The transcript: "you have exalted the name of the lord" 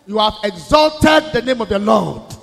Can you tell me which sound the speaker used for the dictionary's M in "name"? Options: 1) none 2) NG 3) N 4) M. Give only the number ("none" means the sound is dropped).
4